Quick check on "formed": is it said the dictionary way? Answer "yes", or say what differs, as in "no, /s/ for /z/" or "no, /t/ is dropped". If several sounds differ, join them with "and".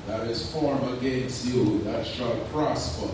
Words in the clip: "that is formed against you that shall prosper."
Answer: no, /d/ is dropped